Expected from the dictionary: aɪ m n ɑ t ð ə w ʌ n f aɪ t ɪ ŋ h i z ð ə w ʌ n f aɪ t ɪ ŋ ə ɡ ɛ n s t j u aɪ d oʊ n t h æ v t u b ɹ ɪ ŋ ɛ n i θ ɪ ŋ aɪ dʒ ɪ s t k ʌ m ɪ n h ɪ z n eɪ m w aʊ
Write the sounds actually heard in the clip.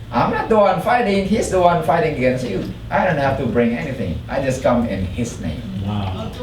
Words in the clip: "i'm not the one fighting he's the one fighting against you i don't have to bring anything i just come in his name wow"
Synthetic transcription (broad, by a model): aɪ m n ɑ t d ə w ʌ n f aɪ t ɪ ŋ h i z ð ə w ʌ n f aɪ t ɪ ŋ ə ɡ ɛ n s t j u aɪ d oʊ n t h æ f t u b ɹ ɪ ŋ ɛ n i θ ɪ ŋ aɪ dʒ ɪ s k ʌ m ɪ n h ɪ s n eɪ m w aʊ